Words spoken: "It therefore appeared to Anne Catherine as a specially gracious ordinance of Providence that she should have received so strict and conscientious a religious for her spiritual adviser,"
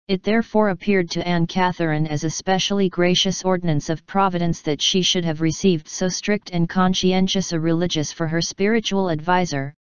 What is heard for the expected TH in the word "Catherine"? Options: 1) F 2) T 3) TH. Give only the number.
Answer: 3